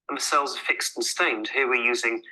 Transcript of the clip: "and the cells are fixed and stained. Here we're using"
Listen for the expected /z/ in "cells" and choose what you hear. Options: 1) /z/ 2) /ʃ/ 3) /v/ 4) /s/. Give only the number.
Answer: 1